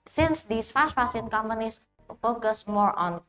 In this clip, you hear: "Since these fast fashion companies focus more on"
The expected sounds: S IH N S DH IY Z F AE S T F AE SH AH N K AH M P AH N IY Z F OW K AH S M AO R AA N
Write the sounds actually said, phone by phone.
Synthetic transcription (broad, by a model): S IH N S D IY S F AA S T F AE S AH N K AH M P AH N IY S F OW K AH S M AO R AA N